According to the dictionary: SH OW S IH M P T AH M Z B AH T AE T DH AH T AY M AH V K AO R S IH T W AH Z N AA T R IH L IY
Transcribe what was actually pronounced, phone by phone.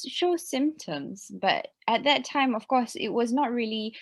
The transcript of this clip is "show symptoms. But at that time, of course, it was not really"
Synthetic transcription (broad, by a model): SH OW S IH M P T AH M Z B AH T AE T DH AH T AY M AH V K AO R S IH T W AH Z N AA T R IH L IY